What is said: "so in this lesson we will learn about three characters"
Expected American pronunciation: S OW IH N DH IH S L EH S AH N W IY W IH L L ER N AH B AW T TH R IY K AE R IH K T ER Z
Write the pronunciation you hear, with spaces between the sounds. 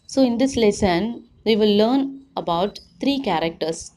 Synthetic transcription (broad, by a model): S OW IH N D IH S L EH S AH N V IY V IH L L ER N AH B AW T T R IY K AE R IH K T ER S